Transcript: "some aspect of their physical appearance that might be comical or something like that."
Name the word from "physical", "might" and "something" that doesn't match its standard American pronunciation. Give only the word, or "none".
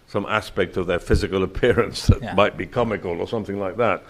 none